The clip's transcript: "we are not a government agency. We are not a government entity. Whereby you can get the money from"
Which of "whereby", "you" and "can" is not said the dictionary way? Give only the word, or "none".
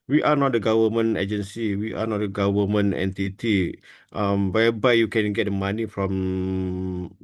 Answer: whereby